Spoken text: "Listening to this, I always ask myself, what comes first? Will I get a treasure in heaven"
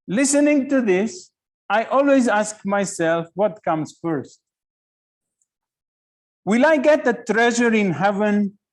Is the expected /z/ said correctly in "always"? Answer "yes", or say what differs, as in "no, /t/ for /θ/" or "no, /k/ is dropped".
yes